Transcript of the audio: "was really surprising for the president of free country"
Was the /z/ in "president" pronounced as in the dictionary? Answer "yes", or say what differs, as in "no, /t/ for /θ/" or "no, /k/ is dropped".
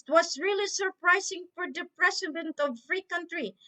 no, /s/ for /z/